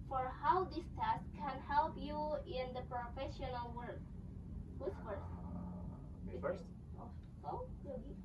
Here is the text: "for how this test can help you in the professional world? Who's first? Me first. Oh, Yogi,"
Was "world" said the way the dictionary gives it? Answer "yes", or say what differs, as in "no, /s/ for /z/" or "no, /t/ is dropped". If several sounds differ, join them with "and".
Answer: no, /l/ is dropped